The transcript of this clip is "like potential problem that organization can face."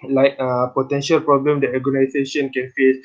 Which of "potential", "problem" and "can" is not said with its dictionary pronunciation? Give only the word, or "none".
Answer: none